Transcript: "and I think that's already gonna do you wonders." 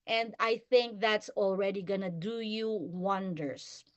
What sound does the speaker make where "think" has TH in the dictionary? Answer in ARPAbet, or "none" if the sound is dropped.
TH